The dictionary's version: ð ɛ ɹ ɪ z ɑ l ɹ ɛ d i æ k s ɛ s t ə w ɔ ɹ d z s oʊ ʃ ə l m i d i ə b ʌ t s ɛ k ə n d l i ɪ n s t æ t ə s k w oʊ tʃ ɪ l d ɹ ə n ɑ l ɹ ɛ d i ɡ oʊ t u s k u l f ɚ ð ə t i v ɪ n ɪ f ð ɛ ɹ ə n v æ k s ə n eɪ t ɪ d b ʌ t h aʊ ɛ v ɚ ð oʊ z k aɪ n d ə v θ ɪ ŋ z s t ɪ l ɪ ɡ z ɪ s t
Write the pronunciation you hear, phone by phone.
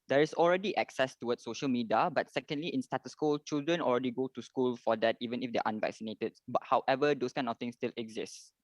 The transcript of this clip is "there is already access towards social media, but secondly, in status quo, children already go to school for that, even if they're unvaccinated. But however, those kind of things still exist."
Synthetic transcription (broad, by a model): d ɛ ɹ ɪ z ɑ l ɹ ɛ d i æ k s ɛ s t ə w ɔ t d s oʊ ʃ ə l m i d i ə b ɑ t s ɛ k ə n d l i ɪ n s t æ t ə s k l tʃ ɪ l d ɹ ə n ɑ l ɹ ɛ d i ɡ oʊ t u s k u l f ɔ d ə t i v ɪ n ɪ f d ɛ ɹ ə n v æ k s ə n eɪ t ɪ d b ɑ t h aʊ ɛ v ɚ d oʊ s k aɪ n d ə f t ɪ ŋ s t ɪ l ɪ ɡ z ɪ s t